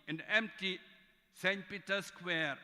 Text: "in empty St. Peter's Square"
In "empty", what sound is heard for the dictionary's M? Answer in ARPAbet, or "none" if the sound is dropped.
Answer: M